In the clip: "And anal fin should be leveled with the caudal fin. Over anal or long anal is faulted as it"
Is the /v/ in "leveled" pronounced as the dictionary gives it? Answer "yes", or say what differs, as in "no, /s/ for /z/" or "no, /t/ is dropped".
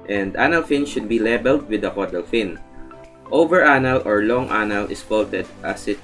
no, /b/ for /v/